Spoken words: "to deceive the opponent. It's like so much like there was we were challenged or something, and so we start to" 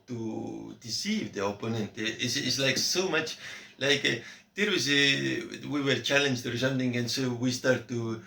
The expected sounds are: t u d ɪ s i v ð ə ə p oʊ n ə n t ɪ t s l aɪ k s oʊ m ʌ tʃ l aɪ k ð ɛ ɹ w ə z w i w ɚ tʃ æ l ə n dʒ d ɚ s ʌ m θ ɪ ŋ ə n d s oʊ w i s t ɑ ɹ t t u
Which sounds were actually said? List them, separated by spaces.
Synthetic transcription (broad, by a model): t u d ɪ s i v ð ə ə p oʊ n ə n t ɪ s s l aɪ k s oʊ m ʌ tʃ l aɪ k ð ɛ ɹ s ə w i w ɚ tʃ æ l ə n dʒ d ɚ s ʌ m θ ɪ ŋ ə n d s oʊ w i s t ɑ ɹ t t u